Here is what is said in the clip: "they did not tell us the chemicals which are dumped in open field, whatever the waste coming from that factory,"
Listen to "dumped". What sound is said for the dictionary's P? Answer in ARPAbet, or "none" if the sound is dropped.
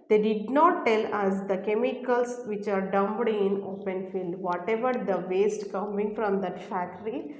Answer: B